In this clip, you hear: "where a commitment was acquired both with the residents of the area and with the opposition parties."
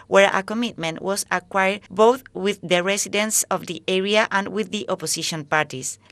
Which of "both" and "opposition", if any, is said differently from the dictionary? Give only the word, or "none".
opposition